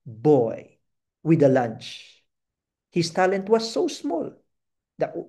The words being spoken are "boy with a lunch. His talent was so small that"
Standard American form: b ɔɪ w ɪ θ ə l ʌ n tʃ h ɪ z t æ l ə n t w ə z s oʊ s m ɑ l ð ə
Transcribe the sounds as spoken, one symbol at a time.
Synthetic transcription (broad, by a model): b ɔɪ w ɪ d ə l ʌ n tʃ h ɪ s t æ l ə n t w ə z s oʊ s m ɑ l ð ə